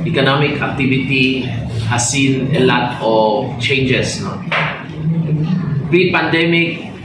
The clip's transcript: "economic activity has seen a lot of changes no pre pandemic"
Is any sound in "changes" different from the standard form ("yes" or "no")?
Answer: yes